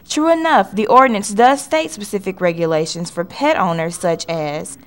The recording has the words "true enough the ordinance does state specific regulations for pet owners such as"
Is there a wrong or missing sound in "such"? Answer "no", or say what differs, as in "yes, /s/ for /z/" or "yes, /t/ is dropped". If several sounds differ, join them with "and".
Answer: no